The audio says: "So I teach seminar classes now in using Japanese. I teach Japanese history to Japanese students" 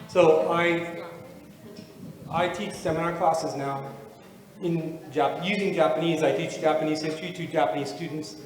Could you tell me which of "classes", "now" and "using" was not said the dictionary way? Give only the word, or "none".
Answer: none